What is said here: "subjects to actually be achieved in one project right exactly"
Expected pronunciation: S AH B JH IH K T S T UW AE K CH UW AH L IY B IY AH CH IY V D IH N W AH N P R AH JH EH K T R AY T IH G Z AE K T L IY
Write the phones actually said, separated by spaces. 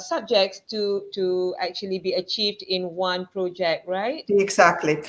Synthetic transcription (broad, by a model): S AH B JH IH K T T T UW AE K CH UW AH L IY B IY AH CH IY V D IH N W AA N P R AH JH EH K T R AY T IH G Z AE K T L IY